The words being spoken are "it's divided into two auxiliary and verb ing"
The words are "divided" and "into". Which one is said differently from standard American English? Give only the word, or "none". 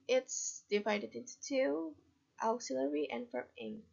none